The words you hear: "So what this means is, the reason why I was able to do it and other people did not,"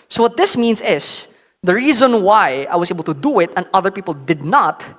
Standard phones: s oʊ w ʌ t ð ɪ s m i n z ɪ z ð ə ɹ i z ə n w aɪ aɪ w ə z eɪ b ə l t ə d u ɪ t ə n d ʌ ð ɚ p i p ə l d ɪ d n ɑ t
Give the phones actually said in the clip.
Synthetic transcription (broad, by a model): s oʊ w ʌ t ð ɪ s m i n s ɪ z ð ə ɹ i z ə n w aɪ aɪ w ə s eɪ b ə l t ə d u ɪ t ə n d ʌ ð ɚ p i p ə l d ɪ d n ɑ t